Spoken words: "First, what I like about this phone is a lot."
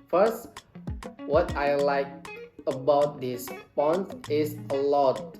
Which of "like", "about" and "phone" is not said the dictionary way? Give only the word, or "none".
phone